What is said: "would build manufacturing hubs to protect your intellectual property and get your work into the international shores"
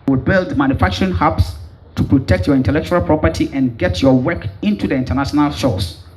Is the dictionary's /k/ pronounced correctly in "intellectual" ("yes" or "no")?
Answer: yes